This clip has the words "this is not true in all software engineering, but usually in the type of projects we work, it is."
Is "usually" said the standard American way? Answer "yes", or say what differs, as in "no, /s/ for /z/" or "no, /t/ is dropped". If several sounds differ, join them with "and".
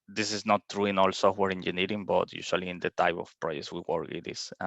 no, /s/ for /ʒ/